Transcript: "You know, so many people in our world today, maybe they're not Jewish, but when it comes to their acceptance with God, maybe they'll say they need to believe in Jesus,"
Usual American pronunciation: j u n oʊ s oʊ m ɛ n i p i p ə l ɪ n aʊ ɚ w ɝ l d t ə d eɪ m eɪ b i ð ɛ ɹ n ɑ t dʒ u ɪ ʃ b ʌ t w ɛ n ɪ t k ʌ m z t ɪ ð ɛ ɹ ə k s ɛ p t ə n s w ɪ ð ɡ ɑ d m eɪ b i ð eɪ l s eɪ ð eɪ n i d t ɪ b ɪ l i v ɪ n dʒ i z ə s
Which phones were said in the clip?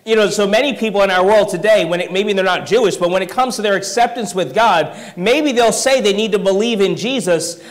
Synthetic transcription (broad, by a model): j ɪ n oʊ s oʊ m ɛ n i p i p l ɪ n aʊ ɚ w ɝ l d t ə d eɪ m eɪ b i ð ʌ ɹ n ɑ t dʒ u ɪ ʃ b ʌ t w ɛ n ɪ t k ʌ m z t ɪ ð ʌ ɹ ə k s ɛ p t ə n s w ɪ ð ɡ ɑ d m eɪ b i ð eɪ l s eɪ ð eɪ n i d t ɪ b ɪ l i v ɪ n dʒ i z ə s